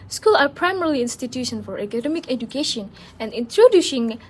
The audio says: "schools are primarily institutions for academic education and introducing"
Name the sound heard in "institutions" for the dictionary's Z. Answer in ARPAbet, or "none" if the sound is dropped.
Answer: none